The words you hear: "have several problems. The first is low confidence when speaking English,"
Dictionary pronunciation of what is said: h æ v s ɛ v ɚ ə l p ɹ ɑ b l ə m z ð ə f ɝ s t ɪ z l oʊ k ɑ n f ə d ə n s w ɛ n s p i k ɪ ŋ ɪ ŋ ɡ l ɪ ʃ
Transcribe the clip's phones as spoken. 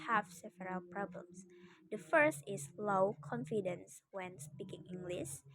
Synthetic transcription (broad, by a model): h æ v s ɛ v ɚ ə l p ɹ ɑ b l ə m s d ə f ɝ s t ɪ s l oʊ k ɑ n f ə d ə n s w ɛ n s p i k ɪ ŋ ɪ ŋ ɡ l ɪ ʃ